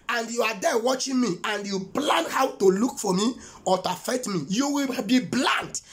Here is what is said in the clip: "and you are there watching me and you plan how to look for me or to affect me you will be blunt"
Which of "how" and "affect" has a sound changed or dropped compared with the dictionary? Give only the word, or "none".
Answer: affect